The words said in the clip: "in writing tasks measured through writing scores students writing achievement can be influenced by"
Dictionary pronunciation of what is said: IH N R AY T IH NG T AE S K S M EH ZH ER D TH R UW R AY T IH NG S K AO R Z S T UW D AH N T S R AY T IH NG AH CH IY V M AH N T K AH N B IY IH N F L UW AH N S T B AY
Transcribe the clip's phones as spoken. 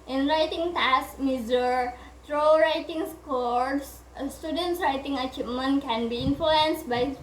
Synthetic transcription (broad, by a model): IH N R AY T IH NG T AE S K M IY Z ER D T R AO R AY T IH NG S K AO R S S T UW D AH N T S R AY T IH NG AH CH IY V M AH N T K AH N B IY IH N F L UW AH N S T B AY